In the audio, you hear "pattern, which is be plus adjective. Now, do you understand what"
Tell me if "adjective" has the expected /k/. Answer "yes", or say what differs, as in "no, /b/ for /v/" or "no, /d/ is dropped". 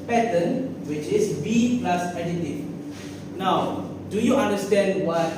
no, /k/ is dropped